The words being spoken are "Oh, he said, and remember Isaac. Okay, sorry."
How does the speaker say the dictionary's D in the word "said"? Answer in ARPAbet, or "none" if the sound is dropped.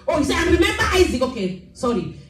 none